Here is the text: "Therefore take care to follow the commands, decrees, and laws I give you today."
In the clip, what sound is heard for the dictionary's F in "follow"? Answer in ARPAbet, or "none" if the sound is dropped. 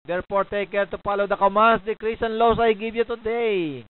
P